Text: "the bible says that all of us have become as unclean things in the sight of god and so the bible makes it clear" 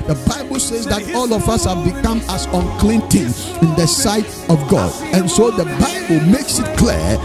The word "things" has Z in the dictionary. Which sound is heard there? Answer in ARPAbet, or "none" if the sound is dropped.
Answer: none